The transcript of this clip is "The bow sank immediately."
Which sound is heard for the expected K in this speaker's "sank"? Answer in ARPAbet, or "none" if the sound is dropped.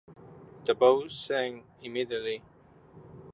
none